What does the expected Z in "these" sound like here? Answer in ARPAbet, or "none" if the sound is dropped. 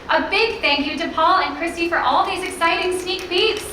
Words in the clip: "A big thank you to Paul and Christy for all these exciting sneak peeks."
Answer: Z